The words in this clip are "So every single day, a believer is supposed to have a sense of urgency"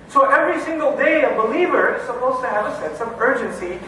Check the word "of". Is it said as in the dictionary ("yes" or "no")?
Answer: yes